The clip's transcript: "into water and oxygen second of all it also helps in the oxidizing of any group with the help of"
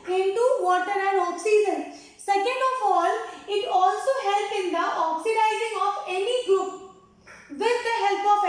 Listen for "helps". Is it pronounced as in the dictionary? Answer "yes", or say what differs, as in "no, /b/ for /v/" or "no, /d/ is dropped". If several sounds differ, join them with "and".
no, /s/ is dropped